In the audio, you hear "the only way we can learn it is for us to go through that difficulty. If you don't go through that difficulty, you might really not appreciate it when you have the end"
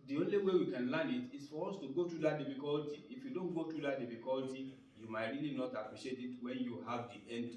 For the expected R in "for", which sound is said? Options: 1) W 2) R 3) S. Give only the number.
2